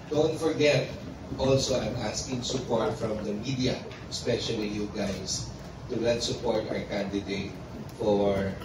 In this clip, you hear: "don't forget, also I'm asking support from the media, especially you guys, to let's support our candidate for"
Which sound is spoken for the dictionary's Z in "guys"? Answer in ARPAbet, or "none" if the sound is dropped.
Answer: S